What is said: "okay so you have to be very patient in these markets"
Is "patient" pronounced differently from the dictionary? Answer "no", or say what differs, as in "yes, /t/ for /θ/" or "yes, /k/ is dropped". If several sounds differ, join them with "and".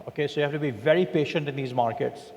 no